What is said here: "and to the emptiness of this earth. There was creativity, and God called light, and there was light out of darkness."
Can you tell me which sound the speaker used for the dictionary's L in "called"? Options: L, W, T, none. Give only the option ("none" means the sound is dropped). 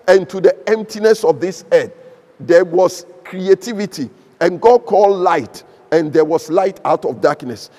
L